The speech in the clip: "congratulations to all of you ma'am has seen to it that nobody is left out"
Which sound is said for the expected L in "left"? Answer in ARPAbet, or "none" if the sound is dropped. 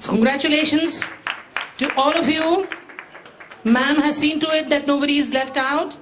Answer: L